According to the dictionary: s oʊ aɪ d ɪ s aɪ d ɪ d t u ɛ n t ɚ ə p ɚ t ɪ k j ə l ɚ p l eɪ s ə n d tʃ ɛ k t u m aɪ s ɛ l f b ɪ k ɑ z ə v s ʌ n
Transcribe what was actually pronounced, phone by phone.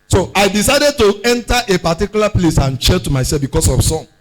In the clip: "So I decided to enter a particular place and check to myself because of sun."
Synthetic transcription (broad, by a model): s oʊ aɪ d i s aɪ d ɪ d t u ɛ n t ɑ ə p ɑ t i k j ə l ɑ p l eɪ s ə n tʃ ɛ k t u m aɪ s ɛ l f b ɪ k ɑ s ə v s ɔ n